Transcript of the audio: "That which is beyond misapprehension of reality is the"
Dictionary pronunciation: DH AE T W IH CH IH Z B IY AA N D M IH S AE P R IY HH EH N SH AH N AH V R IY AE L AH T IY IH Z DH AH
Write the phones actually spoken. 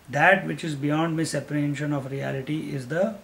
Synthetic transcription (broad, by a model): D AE T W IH CH IH Z B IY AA N D M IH S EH P IY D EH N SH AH N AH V R IY AE L AH T IY IH Z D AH